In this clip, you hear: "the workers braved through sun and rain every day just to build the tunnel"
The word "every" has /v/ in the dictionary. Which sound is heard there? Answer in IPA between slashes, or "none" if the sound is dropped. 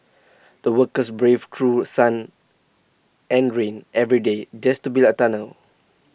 /v/